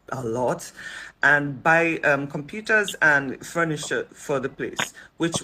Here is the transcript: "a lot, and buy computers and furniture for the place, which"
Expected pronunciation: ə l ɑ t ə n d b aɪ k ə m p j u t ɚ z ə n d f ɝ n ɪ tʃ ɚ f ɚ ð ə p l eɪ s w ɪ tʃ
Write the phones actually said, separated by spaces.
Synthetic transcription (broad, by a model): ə l ɑ t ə n b aɪ k ə m p j u t ɚ z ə n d f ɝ n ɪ ʃ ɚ f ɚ ð ə p l eɪ s w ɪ tʃ